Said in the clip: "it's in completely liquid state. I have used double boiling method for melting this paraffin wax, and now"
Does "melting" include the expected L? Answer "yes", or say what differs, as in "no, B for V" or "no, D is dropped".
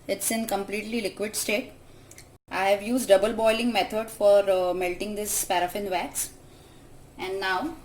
yes